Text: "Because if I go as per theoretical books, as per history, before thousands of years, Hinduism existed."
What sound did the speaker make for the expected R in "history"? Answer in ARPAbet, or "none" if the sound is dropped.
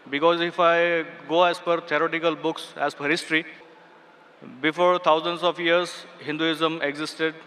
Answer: R